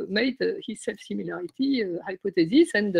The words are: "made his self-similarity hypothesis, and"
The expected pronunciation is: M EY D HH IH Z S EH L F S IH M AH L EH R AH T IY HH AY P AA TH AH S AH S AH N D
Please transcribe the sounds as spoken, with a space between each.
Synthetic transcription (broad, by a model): M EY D HH IH Z S EH L F S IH M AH L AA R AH T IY HH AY P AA T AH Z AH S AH N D